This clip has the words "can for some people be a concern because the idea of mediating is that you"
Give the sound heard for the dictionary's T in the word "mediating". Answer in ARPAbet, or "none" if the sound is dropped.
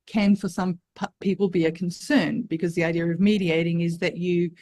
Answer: T